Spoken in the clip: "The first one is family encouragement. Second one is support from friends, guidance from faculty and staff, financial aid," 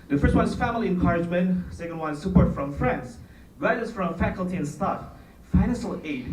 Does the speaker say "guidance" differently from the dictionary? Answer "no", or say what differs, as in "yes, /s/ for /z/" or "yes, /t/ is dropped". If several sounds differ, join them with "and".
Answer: yes, /n/ is dropped